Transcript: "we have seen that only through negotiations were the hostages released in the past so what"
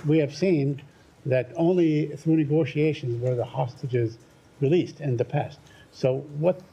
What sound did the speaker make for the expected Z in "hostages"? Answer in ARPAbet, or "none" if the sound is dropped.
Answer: Z